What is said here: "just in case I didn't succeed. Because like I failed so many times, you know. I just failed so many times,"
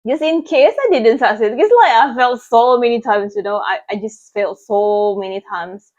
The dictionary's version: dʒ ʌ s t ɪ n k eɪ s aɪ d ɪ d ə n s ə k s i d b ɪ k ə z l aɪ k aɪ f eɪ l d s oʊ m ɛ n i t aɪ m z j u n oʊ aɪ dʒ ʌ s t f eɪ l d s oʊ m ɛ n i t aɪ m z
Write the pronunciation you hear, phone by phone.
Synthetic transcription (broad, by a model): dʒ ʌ s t ɪ n k eɪ s aɪ d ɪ d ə n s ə s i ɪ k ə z l aɪ k aɪ f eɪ l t s oʊ m ɛ n i t aɪ m s j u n oʊ aɪ dʒ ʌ s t f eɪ l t s oʊ m ɛ n i t aɪ m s